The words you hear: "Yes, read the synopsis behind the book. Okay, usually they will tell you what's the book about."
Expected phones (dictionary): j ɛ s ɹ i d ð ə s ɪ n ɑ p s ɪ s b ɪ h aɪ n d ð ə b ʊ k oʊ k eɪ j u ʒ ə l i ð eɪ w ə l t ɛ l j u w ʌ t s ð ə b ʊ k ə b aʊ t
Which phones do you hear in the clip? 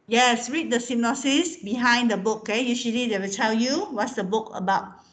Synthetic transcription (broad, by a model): j ɛ s ɹ i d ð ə s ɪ n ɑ s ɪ s b ɪ h aɪ n d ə b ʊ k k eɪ j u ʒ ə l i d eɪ w ə l t ɛ l j u w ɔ t s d ə b ʊ k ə b aʊ t